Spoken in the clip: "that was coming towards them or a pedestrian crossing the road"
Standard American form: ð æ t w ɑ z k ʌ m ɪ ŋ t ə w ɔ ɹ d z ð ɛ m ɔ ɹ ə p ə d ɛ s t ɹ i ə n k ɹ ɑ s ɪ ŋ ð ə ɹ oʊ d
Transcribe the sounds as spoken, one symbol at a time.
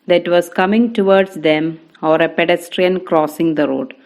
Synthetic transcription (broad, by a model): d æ t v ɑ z k ʌ m ɪ ŋ t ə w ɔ ɹ d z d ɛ m ɔ ɹ ə p ə d ɛ s t ɹ i ə n k ɹ ɑ s ɪ ŋ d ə ɹ oʊ d